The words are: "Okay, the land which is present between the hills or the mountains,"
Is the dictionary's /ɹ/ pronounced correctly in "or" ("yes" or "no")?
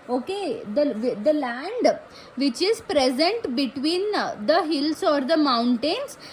yes